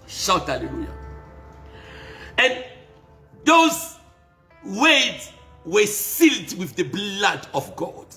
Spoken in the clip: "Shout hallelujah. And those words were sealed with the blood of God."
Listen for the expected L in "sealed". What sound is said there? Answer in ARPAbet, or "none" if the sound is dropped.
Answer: L